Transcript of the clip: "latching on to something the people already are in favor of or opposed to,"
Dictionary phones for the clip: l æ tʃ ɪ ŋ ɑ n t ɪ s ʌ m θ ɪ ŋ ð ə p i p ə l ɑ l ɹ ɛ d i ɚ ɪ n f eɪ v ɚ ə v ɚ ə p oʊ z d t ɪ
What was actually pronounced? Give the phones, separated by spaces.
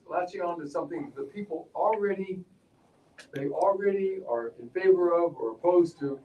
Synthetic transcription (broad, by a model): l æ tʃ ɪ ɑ n t ɪ s ʌ m θ ɪ ŋ ð ə p i p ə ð ɑ l ɹ ɛ d i ɚ ɪ n f eɪ v ɚ ə v ɚ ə p oʊ z t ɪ